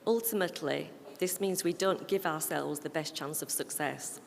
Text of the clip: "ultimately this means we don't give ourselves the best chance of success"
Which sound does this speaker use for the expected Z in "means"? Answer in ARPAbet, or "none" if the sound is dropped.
Z